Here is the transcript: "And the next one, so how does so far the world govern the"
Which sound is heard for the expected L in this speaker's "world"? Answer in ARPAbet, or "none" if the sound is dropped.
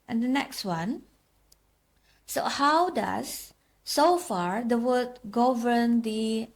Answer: none